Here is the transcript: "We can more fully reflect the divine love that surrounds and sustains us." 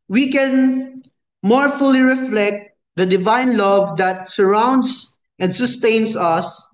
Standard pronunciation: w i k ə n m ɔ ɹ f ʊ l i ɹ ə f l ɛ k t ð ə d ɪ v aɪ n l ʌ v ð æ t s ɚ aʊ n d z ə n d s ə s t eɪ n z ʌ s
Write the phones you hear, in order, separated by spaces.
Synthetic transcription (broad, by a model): w i k ə n m ɔ ɹ f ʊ l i ɹ ə f l ɛ k t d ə d ɪ v aɪ n l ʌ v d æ t s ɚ aʊ n d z ə n d s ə s t eɪ n s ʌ s